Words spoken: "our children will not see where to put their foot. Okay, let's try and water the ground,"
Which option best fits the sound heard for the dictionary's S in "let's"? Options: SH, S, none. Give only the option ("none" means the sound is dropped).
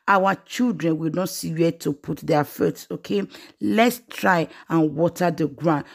S